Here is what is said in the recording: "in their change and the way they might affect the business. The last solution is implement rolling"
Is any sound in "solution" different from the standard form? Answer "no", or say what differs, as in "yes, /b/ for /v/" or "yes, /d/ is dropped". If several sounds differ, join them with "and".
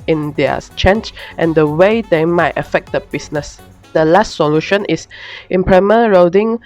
no